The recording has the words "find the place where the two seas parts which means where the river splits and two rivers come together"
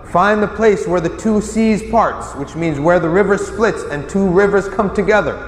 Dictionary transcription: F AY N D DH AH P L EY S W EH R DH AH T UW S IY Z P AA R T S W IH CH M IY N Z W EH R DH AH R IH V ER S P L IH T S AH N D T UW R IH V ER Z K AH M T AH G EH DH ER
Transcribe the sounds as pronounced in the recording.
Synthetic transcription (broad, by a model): F AY N DH AH P L EY S W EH R DH AH T UW S IY Z P AA R T S W IH CH M IY N Z W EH R DH AH R IH V ER S P L IH T S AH N T UW R IH V ER Z K AH M T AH G EH DH ER